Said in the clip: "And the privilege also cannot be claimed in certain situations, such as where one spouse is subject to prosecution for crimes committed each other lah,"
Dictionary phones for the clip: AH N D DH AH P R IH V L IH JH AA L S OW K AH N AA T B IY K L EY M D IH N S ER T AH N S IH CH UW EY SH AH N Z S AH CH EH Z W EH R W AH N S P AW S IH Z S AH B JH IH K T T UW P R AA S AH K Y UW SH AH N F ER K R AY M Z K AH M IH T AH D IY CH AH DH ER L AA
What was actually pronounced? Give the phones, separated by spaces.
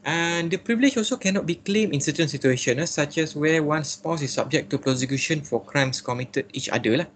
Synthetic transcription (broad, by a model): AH N D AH P R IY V L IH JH AA L S OW K AH N AA T B IY K L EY M IH N S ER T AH N S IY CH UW EY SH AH N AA S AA CH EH S W EH W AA N S P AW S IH S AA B JH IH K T T UW P R AA S AH K Y UW SH AH N F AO K R AY M S K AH M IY T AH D IY CH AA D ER L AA